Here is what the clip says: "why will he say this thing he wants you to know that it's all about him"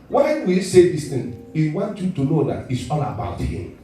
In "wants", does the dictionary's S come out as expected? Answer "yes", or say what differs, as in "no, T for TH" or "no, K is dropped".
no, S is dropped